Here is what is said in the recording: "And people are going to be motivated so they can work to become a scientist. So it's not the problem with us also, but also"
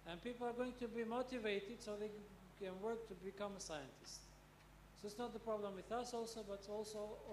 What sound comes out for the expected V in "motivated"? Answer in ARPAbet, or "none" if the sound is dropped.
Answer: V